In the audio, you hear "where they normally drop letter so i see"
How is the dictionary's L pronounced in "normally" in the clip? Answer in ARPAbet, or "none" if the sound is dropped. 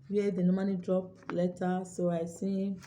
N